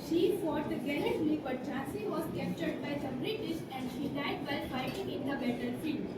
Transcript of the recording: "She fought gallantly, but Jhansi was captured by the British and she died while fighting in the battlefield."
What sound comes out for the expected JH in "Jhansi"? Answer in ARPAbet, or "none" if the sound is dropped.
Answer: CH